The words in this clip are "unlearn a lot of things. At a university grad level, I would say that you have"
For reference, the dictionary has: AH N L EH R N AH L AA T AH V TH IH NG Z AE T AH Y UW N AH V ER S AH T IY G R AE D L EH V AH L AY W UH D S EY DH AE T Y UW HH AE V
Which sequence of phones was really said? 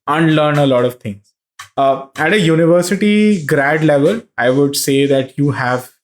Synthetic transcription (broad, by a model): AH N L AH R N AH L AA T AH V T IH NG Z AE T AH Y UW N AH V ER S AH T IY G R AE D L EH V AH L AY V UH D S EY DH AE T Y UW HH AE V